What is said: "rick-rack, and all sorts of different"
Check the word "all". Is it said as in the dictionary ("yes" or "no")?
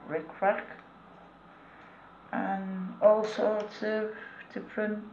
yes